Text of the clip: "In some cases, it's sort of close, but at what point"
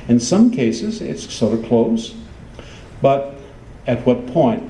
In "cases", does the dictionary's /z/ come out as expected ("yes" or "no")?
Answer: yes